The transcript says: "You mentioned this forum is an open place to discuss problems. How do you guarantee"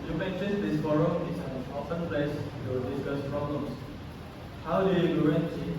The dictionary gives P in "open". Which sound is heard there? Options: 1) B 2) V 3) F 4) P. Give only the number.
3